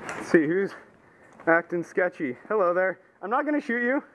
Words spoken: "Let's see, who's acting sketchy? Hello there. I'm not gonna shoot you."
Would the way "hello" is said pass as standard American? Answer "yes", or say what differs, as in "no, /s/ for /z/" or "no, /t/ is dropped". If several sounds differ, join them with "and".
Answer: yes